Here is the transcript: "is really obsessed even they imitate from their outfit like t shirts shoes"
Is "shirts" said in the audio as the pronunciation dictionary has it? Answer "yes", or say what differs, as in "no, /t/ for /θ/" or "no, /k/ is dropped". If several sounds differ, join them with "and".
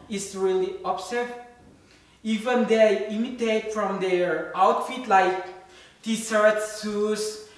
no, /s/ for /ʃ/